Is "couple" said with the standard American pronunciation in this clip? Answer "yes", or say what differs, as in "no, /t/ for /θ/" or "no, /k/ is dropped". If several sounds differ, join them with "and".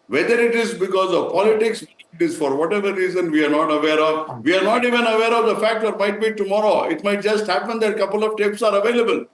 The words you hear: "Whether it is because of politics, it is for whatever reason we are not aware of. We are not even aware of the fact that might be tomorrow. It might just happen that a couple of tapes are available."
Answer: yes